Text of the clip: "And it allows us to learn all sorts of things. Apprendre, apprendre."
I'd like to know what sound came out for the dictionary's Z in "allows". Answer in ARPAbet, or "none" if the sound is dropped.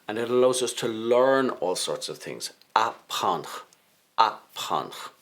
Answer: Z